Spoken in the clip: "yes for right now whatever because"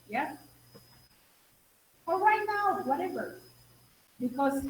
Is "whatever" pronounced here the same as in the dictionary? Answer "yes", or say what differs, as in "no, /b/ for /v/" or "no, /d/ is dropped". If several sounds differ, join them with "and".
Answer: yes